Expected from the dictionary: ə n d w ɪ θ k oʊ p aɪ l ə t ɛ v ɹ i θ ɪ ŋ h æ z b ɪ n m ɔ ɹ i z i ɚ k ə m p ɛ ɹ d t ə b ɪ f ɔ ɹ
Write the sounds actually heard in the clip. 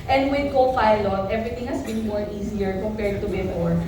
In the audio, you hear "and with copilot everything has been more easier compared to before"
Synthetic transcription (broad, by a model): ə n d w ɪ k oʊ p aɪ l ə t ɛ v ɹ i t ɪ ŋ h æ s b ɪ n m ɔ ɹ i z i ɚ k ə m p ɛ ɹ d t ə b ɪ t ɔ ɹ